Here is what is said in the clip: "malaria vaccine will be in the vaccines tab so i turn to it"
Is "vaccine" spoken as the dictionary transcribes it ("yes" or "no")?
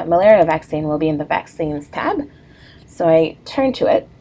yes